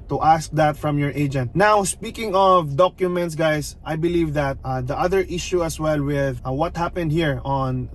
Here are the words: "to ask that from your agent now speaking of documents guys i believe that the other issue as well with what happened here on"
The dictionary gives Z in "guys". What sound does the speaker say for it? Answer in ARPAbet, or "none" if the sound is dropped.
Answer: S